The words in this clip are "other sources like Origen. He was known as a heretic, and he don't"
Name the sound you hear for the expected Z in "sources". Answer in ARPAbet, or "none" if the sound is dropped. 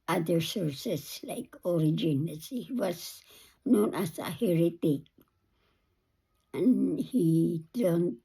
S